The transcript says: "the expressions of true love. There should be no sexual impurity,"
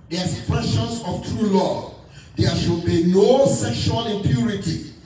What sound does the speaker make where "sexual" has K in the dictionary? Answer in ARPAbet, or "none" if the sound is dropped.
K